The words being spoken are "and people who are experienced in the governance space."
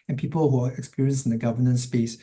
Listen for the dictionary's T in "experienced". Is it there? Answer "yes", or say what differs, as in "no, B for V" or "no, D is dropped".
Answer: no, T is dropped